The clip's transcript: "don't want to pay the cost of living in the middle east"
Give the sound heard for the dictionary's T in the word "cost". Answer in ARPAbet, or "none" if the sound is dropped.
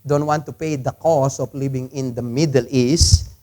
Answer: none